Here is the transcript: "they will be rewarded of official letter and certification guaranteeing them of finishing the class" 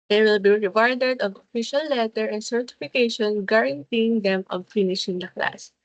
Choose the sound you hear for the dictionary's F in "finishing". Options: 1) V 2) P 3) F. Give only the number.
3